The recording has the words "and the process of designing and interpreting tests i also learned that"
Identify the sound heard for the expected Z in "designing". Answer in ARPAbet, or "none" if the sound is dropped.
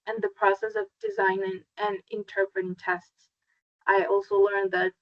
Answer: Z